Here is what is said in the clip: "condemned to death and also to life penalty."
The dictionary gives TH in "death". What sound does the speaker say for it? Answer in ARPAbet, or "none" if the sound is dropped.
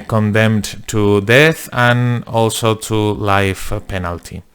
TH